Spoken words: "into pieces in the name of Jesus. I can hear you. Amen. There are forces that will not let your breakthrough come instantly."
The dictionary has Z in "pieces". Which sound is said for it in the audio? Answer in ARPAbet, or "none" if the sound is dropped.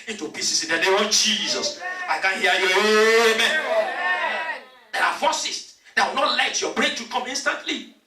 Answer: S